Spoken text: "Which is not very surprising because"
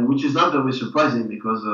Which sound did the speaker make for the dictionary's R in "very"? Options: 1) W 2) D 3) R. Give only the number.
1